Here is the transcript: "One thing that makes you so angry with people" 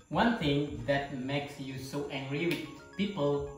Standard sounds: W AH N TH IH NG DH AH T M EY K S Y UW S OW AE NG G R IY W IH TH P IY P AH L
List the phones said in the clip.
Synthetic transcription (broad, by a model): W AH N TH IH NG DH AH T M EY K S Y UW S OW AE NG G R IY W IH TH P IY P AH L